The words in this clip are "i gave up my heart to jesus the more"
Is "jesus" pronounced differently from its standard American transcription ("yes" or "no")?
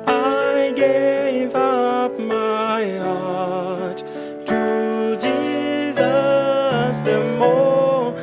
no